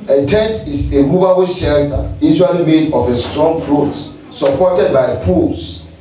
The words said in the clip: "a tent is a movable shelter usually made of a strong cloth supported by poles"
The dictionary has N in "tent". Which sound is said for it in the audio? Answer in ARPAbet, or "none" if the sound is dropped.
N